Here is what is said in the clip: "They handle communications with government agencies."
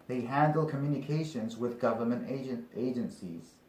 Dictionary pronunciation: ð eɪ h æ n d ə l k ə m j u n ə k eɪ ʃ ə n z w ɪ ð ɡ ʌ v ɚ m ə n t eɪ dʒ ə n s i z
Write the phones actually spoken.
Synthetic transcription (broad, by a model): ð eɪ h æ n d l k ə m j u n ə k eɪ ʃ ə n z w ɪ ð ɡ ʌ v ɚ m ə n t eɪ dʒ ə n s i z